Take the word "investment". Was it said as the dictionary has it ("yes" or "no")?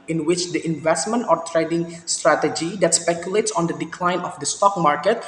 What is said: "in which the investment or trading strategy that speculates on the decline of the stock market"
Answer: yes